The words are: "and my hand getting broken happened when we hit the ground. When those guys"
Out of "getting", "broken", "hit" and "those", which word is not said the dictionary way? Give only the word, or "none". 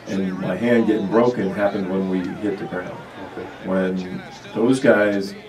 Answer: none